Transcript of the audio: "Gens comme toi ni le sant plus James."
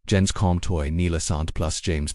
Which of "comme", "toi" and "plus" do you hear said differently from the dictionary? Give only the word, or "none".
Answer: none